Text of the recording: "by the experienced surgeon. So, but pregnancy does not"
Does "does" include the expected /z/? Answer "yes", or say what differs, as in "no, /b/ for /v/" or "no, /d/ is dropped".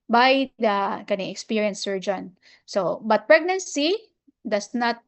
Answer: no, /s/ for /z/